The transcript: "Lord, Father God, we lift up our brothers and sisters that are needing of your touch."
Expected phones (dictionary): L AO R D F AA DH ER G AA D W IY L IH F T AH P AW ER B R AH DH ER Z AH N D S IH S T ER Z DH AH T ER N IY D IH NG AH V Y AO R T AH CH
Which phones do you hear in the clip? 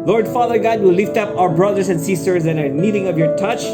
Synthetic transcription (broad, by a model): L AO R D F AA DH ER G AA D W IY L IH F T AH P AW ER B R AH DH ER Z AH N D S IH S T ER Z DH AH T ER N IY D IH NG AH V Y AO R T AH CH